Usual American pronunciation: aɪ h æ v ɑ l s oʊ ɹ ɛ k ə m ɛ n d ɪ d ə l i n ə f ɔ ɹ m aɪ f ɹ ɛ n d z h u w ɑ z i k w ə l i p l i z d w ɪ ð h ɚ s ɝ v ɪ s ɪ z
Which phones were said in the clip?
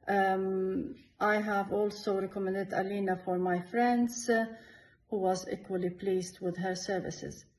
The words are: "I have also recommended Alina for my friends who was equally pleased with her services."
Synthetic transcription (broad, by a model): aɪ h æ v ɑ l s oʊ ɹ ɛ k ə m ɛ n d ɪ d ə l i n ə f ɔ ɹ m aɪ f ɹ ɛ n d z h u w ɑ z i k w ə l i p l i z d w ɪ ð h ɚ s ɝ v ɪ s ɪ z